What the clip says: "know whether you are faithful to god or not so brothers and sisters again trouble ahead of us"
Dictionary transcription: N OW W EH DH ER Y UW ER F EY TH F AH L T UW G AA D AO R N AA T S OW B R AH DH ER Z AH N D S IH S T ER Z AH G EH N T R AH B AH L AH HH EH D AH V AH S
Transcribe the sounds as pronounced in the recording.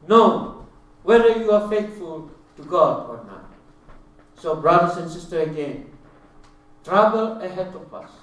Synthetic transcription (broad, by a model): N OW W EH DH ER Y UW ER F EY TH F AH L T UW G AA D AO R N AA T S OW B R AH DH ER S AH N D S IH S T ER AH G EH N T R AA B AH L AH HH EH D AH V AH S